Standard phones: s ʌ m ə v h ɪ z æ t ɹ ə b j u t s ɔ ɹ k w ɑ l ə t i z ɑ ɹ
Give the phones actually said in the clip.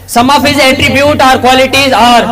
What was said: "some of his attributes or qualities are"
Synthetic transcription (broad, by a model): s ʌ m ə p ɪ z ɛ t ɹ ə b j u t ɔ ɹ k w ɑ l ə t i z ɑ ɹ